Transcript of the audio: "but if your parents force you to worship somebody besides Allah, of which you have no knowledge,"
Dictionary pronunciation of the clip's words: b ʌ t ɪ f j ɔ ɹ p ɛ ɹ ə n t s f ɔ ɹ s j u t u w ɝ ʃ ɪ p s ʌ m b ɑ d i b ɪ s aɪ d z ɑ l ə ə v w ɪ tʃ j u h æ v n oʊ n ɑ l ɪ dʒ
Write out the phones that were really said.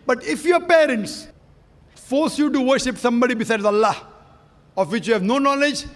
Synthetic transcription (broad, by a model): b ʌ t ɪ f j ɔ p ɛ ɹ ə n t s f ɔ ɹ s j u t u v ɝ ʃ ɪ p s ʌ m b ɑ d i b ɪ s aɪ d z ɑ l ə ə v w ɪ tʃ j u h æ v n oʊ n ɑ l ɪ dʒ